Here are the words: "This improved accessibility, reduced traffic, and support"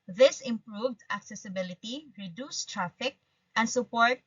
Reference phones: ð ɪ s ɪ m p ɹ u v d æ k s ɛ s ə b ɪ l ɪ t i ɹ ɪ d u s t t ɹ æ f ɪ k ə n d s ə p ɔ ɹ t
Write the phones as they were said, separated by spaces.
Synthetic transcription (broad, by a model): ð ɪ s ɪ m p ɹ u v d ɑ k s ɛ s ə b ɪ l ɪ t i ɹ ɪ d u s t t ɹ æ f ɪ k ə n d s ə p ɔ ɹ t